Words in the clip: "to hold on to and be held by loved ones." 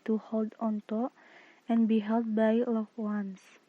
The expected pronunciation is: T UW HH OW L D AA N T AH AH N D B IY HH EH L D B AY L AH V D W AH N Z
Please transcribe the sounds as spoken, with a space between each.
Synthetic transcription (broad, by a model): T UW HH OW L D AA N T AH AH N B IY HH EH L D B AY L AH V W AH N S